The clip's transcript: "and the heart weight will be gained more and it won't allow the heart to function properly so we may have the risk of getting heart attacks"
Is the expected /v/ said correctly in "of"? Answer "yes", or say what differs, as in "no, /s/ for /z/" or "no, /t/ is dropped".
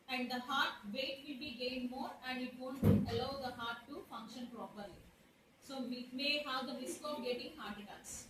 no, /p/ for /v/